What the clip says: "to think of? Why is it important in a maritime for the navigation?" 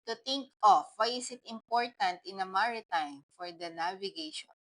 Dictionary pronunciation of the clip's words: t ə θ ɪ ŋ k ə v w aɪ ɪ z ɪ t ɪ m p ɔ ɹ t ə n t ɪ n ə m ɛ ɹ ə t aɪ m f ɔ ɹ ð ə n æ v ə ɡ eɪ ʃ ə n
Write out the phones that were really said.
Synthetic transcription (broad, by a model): t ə t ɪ ŋ k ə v w aɪ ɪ s ɪ t ɪ m p ɔ ɹ t ə n t ɪ n ə m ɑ ɹ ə t aɪ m f ɔ ɹ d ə n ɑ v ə ɡ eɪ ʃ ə n